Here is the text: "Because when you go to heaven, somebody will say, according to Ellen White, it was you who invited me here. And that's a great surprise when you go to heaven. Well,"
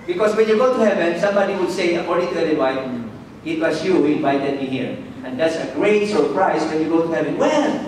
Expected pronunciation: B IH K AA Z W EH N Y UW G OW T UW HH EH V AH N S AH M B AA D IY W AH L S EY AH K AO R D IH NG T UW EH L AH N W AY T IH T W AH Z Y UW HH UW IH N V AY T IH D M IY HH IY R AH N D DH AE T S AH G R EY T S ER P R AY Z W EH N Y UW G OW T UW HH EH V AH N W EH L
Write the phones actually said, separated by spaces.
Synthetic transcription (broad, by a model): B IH K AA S W EH N Y UW G OW T UW HH EH V AH N S AH M B AA D IY W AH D S EY AH K AO R D IH NG T UW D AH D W AY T IH T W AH S Y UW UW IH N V AY T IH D M IY HH IY R AH N D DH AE T S AH G R EY T S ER P R AY S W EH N Y UW G OW T UW HH EH V AH N W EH L